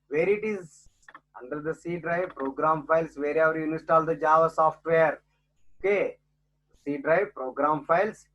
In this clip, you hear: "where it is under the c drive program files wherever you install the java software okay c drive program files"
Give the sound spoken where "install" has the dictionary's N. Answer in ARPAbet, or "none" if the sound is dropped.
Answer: none